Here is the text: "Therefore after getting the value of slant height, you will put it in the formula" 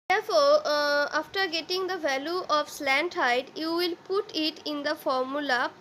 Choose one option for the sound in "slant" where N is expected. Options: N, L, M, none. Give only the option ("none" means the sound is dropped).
N